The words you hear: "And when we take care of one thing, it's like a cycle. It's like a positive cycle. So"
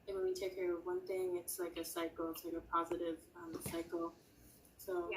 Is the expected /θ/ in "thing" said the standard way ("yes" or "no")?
yes